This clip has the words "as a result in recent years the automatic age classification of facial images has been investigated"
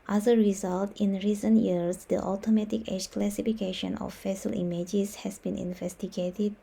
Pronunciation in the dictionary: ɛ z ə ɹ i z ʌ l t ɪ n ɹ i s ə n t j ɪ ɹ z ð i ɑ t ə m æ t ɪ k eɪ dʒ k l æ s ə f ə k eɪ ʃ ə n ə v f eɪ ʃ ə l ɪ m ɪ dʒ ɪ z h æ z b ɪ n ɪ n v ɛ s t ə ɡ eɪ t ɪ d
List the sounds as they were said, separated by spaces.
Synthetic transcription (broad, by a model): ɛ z ə ɹ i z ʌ l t ɪ n ɹ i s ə n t j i ɹ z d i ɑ t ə m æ t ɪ k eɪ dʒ k l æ s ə f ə k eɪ ʃ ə n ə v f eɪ s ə l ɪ m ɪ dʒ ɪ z h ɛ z b ɪ n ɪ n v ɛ s t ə ɡ eɪ t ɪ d